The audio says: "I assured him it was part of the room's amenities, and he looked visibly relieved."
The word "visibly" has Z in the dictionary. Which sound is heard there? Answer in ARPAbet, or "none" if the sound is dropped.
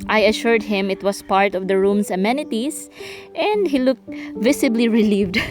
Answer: S